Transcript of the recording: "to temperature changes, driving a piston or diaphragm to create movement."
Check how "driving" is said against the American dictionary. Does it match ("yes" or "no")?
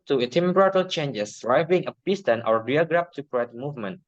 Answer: no